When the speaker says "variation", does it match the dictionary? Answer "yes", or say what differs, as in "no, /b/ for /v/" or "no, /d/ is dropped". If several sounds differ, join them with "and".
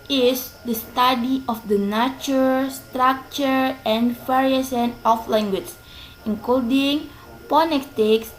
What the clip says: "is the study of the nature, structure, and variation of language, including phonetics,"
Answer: no, /s/ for /ʃ/